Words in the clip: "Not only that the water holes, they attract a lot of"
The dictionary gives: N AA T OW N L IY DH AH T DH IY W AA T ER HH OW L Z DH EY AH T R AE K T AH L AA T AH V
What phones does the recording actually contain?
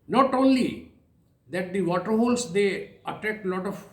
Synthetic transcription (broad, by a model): N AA T OW N L IY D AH T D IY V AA T ER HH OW L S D EY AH T AE K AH L AA T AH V